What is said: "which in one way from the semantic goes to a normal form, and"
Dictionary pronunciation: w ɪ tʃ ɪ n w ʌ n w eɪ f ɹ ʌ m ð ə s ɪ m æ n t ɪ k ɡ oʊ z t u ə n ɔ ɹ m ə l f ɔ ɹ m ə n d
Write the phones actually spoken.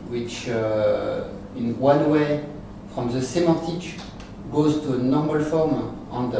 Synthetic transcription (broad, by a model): w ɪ tʃ ɪ n w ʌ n w eɪ f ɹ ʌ m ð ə s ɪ m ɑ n t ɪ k ɡ oʊ z t u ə n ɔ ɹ m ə l f ɔ ɹ m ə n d